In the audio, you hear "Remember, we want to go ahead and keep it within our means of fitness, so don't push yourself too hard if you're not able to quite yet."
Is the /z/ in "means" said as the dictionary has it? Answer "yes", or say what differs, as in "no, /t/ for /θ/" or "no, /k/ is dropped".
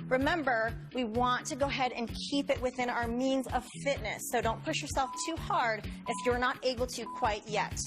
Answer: yes